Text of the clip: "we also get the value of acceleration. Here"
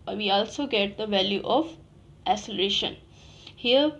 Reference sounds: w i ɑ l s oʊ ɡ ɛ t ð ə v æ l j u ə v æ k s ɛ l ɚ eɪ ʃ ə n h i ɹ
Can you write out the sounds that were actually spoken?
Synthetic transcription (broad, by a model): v i ɑ l s oʊ ɡ ɛ t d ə v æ l j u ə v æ s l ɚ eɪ ʃ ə n h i ɹ